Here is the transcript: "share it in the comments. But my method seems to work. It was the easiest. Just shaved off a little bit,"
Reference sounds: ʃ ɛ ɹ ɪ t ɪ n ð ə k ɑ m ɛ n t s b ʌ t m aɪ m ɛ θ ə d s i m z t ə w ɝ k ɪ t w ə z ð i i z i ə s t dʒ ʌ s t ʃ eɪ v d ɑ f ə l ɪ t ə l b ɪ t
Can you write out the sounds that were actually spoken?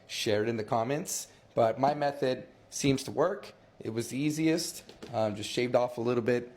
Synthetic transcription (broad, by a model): ʃ ɛ ɹ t ɪ n ð ə k ɑ m ɛ n t s b ʌ t m aɪ m ɛ θ ə d s i m z t ə w ɝ k ɪ t w ə z ð i i z i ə s t dʒ ʌ s t ʃ eɪ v d ɑ f ə l ɪ t l b ɪ t